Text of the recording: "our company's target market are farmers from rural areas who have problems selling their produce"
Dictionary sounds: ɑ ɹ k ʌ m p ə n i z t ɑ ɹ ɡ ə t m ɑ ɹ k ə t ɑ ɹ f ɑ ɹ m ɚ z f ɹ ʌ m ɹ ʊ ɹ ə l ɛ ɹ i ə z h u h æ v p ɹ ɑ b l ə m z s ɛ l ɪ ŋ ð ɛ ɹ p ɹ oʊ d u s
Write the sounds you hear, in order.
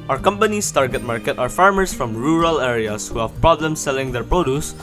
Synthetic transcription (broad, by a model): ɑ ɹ k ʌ m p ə n i s t ɑ ɹ ɡ ə t m ɑ ɹ k ə t ɑ ɹ f ɑ ɹ m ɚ s f ɹ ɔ m ɹ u ɹ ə l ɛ ɹ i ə s h u h æ v p ɹ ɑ b l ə m s ɛ l ɪ ŋ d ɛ ɹ p ɹ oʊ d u s